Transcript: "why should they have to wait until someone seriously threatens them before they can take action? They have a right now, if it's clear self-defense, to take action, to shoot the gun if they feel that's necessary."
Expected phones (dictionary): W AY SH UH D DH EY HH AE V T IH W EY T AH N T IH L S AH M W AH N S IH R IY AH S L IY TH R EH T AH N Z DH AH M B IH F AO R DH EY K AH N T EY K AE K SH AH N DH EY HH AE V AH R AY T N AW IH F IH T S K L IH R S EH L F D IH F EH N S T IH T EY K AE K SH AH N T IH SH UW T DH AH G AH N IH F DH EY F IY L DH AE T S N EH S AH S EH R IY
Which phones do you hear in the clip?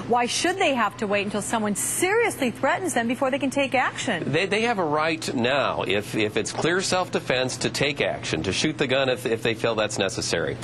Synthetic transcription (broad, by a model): W AY SH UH D DH EY HH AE F T IH W EY T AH N T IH L S AH M W AH N S IH R IY AH S L IY TH R EH T N Z DH AH M B IH F AO R DH EY K AH N T EY K AE K SH AH N DH EY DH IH V AH R AY T N AW IH F IH T S K L IH R S EH L F D IH F EH N S T IH T EY K AE K SH AH N T IH SH UW T DH AH G AH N IH F DH EY F IY L DH AE T S N EH S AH S EH R IY